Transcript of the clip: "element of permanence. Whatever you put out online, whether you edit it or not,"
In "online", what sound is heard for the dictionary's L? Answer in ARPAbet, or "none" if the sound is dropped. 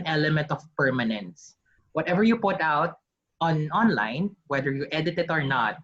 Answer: L